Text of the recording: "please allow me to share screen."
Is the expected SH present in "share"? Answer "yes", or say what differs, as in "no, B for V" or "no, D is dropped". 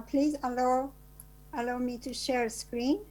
yes